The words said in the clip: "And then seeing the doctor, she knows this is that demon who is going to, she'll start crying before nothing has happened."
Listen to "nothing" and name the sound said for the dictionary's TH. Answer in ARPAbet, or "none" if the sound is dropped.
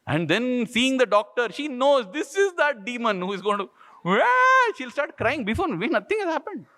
T